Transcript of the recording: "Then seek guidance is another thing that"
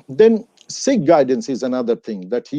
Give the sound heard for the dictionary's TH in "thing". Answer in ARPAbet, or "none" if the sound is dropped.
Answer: TH